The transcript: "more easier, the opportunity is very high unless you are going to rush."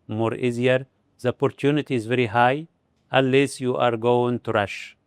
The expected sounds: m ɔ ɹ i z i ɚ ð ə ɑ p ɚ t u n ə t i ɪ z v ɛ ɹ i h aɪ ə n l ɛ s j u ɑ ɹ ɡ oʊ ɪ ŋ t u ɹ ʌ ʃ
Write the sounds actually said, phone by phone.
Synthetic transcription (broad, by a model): m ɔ ɹ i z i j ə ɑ p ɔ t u n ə t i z v ɛ ɹ i h aɪ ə l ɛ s j u ɑ ɹ ɡ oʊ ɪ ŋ t u ɹ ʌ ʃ